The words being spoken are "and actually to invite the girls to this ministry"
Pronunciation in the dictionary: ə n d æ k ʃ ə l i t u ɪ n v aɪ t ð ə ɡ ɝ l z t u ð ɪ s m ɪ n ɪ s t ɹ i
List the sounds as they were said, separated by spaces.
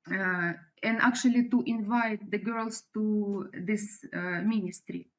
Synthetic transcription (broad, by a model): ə n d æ k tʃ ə l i t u ɪ n v aɪ t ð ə ɡ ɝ l s t u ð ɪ s m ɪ n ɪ s t ɹ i